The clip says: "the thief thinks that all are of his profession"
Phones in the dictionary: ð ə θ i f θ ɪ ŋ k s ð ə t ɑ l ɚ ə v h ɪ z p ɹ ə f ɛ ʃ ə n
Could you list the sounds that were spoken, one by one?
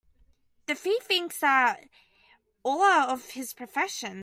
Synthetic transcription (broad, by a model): ð ə f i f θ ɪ ŋ k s ð ə t ɑ l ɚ ə v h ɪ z p ɹ ə f ɛ ʃ ə n